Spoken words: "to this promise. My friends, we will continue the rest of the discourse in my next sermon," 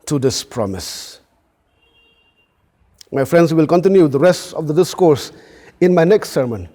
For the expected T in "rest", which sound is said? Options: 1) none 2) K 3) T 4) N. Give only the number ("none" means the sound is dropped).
3